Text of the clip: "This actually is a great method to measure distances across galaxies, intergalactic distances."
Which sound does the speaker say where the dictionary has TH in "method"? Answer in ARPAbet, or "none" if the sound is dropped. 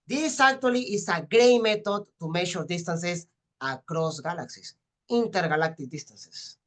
T